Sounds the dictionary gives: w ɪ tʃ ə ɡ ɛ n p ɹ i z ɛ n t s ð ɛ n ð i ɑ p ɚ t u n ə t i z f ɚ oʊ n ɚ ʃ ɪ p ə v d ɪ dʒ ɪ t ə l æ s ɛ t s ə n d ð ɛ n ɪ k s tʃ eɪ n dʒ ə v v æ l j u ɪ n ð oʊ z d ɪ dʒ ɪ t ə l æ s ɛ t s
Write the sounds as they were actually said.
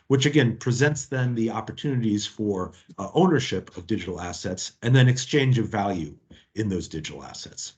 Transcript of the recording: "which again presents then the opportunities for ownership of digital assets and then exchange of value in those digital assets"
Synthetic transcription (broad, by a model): w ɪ tʃ ə ɡ ɛ n p ɹ i z ɛ n t s ð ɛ n ð i ɑ p ɚ t u n ə t i z f ɚ oʊ n ɚ ʃ ɪ p ə v d ɪ dʒ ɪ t l æ s ɛ t s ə n ð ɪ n ɪ k s tʃ eɪ n dʒ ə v v æ l j u ɪ n ð oʊ z d ɪ dʒ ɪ t l æ s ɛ t s